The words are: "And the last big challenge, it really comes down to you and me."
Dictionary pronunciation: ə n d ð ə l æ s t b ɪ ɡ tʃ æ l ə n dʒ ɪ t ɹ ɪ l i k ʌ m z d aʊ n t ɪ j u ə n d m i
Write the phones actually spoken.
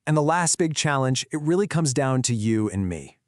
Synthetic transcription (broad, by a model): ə n ð ə l æ s t b ɪ ɡ tʃ æ l ə n dʒ ɪ t ɹ ɪ l i k ʌ m z d aʊ n t ɪ j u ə n m i